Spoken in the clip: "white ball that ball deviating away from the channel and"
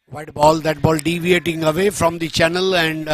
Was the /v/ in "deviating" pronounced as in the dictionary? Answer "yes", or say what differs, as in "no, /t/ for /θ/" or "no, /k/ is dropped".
yes